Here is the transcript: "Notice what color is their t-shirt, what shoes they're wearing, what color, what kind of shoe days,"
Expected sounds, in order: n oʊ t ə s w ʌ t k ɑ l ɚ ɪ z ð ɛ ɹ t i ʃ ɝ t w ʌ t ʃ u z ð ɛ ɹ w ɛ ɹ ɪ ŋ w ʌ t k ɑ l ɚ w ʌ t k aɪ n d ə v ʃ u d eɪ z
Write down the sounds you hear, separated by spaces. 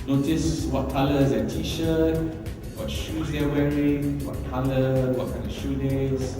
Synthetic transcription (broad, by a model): n oʊ t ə s w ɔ t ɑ l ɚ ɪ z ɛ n t i ʃ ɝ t w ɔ t ʃ u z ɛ w ɛ ɹ ɪ ŋ w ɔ t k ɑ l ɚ w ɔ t k aɪ n d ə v ʃ u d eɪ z